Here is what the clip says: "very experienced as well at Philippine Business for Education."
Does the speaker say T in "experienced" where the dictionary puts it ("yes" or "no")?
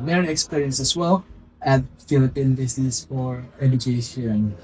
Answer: no